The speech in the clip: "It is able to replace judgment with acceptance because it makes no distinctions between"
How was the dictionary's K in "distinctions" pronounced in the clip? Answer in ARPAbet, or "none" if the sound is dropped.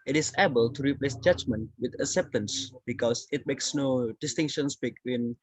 none